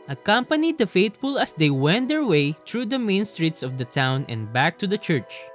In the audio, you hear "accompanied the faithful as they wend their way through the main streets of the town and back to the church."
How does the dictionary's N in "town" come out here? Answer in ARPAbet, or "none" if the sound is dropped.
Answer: N